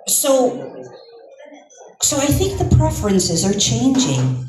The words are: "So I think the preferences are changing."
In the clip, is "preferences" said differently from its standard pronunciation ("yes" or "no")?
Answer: no